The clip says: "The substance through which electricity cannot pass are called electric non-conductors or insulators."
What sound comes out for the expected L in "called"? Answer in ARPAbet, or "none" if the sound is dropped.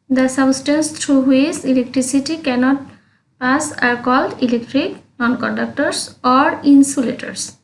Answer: L